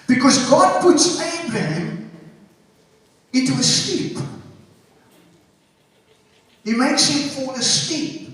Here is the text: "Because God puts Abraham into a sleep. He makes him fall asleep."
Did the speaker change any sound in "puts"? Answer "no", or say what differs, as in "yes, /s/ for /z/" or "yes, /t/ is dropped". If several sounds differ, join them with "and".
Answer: no